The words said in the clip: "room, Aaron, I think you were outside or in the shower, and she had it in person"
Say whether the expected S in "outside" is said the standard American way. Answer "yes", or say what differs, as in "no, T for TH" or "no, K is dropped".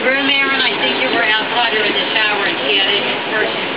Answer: no, S is dropped